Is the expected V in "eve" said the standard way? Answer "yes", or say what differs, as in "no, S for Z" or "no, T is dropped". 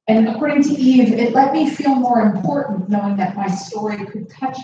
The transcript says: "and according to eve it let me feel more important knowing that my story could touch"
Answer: yes